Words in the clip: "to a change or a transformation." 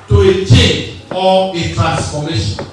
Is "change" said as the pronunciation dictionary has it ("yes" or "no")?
no